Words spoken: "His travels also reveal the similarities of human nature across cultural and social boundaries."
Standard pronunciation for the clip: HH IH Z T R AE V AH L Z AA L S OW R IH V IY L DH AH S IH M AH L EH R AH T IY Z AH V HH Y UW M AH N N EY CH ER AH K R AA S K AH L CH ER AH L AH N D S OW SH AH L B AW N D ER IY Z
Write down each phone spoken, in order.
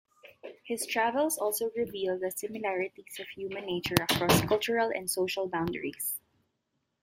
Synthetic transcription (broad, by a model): HH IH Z T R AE V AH L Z AA L S OW R IH V IY L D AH S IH M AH L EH R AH T IY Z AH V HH Y UW M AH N N EY CH ER AH K R AA S K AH L CH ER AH L AH N D S OW SH AH L B AW N D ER IY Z